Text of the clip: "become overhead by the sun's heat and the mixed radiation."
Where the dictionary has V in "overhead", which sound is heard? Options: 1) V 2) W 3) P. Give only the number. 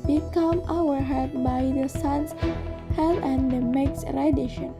2